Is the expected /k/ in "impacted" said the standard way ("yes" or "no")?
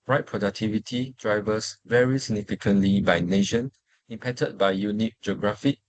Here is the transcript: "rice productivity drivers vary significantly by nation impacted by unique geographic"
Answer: no